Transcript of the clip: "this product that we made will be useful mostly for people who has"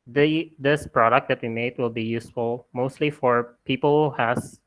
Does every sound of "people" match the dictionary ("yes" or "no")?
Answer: yes